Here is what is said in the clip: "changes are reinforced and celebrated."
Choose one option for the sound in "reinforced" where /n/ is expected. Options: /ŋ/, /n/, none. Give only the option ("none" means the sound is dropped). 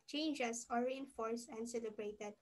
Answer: /n/